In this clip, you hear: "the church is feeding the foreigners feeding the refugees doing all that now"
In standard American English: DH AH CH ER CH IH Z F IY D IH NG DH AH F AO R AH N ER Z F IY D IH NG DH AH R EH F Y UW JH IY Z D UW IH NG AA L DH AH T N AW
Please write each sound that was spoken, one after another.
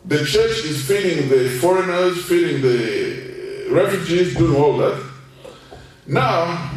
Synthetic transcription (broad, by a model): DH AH CH ER CH IH Z F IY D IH NG DH AH F AO R AH N ER Z F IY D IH NG DH AH R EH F Y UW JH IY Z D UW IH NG AA L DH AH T N AW